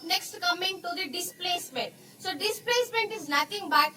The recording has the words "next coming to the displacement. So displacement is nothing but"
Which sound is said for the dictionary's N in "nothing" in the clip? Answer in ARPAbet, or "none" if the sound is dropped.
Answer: L